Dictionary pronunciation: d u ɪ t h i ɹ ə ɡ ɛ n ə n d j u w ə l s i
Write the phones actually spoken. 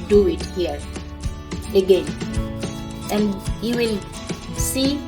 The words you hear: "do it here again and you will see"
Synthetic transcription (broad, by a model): d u ɪ t h i ɹ ə ɡ ɛ n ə n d j u w ə l s i